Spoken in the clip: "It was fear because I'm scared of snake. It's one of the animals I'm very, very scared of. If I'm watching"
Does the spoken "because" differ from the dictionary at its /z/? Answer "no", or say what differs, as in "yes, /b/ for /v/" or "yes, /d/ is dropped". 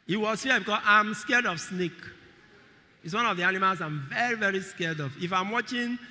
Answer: yes, /s/ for /z/